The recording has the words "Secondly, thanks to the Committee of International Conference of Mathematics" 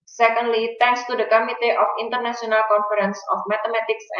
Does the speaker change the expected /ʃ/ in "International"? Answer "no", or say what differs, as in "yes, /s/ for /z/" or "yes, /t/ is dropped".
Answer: yes, /s/ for /ʃ/